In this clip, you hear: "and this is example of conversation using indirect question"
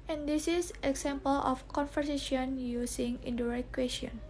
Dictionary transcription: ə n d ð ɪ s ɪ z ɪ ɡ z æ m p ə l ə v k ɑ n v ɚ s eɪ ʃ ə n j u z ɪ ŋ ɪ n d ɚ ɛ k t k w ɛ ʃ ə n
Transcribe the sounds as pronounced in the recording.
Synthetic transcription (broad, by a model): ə n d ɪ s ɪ s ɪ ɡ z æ m p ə l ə f k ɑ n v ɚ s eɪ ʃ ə n j u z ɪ ŋ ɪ n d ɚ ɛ t k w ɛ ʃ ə n